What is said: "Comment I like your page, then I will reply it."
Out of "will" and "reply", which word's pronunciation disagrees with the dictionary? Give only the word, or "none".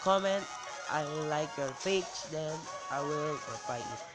reply